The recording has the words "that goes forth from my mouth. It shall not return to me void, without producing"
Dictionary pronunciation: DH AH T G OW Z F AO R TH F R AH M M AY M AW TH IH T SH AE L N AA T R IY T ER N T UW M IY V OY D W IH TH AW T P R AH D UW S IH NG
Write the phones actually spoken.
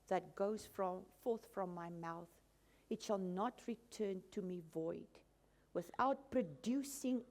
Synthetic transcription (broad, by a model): DH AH T G OW Z F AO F TH F R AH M M AY M AW TH IH T SH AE L N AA T R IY T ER N T UW M IY V OY D W IH TH AW T P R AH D UW S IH NG